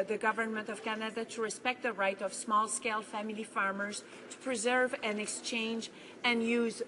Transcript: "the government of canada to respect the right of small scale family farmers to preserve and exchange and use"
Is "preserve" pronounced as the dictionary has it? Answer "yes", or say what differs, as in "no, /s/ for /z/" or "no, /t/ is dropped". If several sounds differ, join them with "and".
yes